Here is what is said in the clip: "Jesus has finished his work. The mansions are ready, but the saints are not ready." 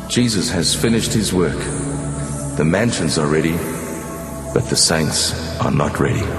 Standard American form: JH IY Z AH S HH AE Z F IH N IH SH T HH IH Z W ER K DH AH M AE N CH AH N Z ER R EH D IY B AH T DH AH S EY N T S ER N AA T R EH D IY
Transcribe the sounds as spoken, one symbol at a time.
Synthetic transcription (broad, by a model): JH IY Z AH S HH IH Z F IH N IH SH T HH IH Z W ER K DH AH M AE N SH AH N Z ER R EH D IY B AH T DH AH S EY N T S ER N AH T R EH D IY